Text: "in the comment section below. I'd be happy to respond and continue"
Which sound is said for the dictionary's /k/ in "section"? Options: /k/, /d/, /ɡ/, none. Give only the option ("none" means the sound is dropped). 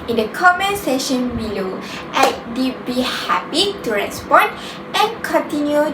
none